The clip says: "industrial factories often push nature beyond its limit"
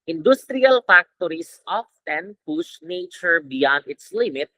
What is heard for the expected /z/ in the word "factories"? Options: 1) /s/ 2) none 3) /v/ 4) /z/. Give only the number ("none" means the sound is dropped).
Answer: 1